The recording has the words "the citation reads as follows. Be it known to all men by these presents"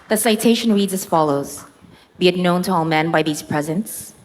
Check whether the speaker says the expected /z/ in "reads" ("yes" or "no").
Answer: yes